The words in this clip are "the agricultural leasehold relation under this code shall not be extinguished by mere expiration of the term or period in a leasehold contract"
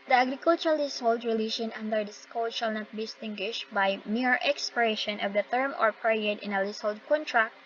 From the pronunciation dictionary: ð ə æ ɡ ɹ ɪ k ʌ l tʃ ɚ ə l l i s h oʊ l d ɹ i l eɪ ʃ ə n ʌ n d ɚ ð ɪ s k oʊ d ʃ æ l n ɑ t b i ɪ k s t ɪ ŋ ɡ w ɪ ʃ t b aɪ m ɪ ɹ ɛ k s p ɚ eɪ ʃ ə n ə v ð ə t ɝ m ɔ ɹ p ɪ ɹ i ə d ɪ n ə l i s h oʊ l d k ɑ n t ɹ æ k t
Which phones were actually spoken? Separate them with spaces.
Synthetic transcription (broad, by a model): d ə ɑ ɡ ɹ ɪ k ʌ l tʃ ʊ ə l l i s h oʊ l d ɹ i l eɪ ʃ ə n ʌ n d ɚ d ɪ s k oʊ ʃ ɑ l n ɑ t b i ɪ s t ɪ ŋ ɡ w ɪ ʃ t b aɪ m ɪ ɹ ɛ k s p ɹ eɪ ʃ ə n ə v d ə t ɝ m ɔ ɹ p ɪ ɹ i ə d ɪ n ə l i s h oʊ l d k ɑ n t ɹ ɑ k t